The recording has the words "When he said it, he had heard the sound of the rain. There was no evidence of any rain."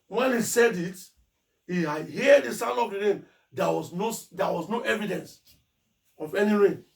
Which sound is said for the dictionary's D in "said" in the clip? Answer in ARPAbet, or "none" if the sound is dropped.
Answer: D